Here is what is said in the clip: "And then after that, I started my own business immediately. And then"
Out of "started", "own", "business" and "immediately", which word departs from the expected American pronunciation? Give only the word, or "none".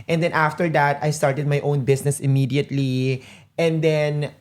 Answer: business